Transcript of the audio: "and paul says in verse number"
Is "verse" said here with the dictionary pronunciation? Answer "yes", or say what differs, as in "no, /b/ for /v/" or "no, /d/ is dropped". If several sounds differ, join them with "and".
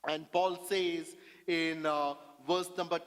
yes